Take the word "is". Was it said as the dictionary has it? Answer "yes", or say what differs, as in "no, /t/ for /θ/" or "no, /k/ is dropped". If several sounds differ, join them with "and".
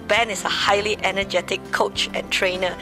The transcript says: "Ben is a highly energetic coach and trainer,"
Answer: no, /s/ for /z/